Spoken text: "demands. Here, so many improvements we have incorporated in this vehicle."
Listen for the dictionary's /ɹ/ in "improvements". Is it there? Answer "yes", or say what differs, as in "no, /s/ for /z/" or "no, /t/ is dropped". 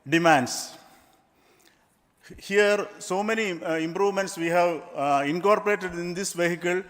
yes